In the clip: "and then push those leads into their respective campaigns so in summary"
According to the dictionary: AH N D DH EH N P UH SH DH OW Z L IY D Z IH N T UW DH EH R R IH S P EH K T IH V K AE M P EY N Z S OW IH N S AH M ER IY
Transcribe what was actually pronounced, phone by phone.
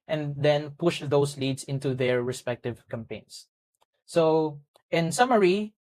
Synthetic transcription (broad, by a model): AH N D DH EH N P UH SH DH OW S L IY D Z IH N T UW DH EH R R IH S P EH K T IH V K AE M P EY N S S OW IH N S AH M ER IY